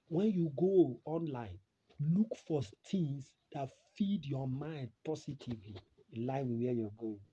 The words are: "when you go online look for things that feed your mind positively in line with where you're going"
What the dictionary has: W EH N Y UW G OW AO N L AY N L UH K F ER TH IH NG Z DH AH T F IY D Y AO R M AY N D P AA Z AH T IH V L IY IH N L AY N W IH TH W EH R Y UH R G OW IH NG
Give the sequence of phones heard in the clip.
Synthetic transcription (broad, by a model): W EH N Y UW G OW AO N L AY N L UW K F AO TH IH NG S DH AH T F IY D Y AO M AY N D P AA S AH T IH V L IY L AY N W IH W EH Y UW G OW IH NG